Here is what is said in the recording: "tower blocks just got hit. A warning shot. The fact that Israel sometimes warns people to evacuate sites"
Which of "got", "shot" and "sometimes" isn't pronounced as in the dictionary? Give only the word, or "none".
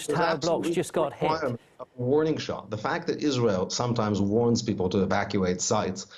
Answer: none